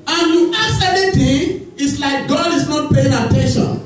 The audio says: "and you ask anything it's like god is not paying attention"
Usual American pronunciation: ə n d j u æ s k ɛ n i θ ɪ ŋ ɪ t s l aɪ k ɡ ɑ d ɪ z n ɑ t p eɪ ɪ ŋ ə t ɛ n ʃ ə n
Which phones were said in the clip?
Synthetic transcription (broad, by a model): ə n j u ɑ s ɛ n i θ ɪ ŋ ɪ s l aɪ k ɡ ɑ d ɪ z n ɑ t p eɪ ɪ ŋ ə t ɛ n ʃ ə n